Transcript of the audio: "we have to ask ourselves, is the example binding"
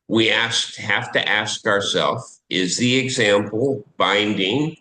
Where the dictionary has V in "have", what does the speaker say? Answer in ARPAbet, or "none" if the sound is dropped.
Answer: F